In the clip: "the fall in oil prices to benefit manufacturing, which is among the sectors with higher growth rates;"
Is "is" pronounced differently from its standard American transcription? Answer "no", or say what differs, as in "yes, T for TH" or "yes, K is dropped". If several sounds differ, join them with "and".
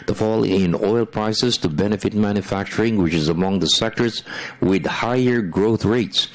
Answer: no